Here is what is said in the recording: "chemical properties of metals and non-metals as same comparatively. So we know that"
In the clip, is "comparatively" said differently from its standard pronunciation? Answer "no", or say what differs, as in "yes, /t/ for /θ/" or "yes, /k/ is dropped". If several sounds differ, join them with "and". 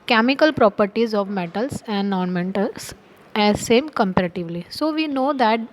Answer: no